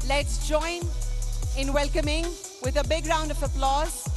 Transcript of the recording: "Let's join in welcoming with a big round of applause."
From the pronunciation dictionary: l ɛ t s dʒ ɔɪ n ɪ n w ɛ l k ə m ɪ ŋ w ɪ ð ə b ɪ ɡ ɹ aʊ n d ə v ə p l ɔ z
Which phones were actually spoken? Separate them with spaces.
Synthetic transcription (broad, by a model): l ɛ t s dʒ ɔɪ n ɪ n w ɛ l k ə m ɪ ŋ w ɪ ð ə b ɪ ɡ ɹ aʊ n d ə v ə p l ɔ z